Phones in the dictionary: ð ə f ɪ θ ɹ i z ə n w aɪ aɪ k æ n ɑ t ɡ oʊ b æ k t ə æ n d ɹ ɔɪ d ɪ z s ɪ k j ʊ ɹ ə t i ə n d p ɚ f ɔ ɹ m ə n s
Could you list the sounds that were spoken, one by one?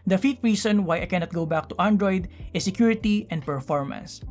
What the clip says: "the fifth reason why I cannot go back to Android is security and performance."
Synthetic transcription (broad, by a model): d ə f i t ɹ i s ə n w aɪ aɪ k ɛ n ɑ t ɡ oʊ b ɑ k t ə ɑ n d ɹ ɔɪ d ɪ s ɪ k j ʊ ɹ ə t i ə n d p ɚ f ɔ ɹ m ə n s